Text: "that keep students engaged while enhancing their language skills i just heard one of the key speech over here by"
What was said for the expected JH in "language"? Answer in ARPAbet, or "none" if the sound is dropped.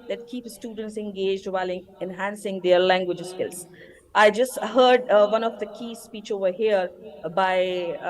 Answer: JH